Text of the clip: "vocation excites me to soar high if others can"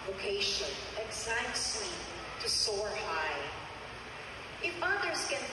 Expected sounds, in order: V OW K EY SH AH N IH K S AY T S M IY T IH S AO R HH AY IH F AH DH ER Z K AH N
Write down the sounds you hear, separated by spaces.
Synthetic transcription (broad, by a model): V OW K EY SH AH N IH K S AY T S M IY T IH S AO R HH AY IH F AH DH ER Z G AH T